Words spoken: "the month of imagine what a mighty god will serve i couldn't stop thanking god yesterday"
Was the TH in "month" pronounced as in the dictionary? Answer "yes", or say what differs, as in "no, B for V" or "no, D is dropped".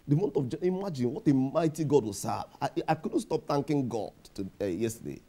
no, T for TH